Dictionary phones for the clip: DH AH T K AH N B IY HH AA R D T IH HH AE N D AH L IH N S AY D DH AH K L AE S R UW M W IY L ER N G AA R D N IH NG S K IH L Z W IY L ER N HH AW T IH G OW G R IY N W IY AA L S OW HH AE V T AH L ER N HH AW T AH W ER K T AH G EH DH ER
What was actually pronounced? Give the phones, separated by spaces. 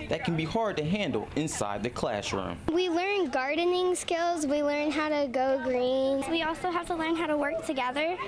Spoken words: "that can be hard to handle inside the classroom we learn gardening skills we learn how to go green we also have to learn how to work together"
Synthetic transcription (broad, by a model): DH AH T K N B IY HH AA R D T IH HH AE N D L IH N S AY D DH AH K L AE SH R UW M W IY L ER N G AA R D N IH NG S K IH L Z W IY L ER N HH AW T IH G OW G R IY N W IY AA L S OW HH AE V T AH L ER N HH AW T AH W ER K T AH G EH DH ER